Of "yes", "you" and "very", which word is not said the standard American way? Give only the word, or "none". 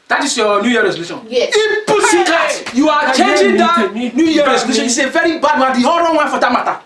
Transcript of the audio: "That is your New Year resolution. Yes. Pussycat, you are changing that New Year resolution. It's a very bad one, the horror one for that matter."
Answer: yes